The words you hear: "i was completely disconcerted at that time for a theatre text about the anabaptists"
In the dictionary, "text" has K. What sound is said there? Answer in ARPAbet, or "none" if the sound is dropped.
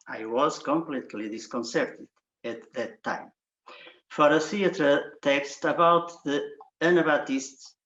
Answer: K